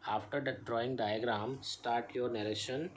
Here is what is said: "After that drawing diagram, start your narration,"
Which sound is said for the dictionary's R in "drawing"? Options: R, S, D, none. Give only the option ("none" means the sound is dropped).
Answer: R